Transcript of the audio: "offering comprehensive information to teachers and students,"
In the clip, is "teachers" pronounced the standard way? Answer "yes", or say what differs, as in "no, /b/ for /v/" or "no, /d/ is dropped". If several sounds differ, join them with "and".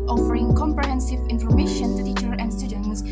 no, /z/ is dropped